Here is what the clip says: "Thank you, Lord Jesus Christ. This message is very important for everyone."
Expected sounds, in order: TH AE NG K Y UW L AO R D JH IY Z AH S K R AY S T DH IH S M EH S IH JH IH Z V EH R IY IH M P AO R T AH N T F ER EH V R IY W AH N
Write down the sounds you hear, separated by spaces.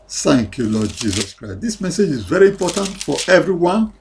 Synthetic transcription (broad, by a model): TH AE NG K Y UW L AO D JH IY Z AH S K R AY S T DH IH S M EH S IH JH IH Z V EH R IY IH M P AO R T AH N T F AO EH V R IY W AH N